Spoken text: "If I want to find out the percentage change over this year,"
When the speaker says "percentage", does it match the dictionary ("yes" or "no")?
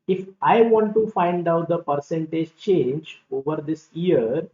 yes